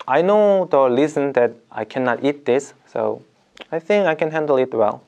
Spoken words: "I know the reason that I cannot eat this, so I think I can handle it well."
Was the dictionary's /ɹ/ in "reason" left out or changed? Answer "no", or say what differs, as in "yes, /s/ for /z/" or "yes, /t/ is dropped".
yes, /l/ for /ɹ/